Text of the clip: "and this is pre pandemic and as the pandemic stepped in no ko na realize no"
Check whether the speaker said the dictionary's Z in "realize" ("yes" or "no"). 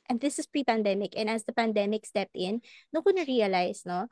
no